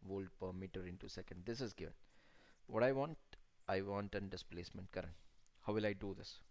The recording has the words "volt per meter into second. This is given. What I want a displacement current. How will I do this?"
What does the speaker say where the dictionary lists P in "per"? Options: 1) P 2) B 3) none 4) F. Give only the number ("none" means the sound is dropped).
1